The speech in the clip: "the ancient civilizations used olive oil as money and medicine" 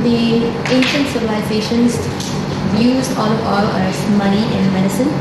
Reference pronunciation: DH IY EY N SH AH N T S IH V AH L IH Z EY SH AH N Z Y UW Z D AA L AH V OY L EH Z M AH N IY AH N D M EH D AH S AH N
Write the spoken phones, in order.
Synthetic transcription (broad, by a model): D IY EY N SH AH N T S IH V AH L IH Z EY SH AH N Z Y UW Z AA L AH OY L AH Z M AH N IY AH N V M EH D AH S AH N